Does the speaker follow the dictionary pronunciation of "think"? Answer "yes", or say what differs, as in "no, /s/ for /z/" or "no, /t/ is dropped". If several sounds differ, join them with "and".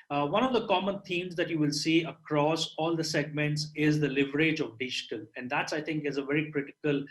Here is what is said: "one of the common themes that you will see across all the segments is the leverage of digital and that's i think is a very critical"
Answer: no, /t/ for /θ/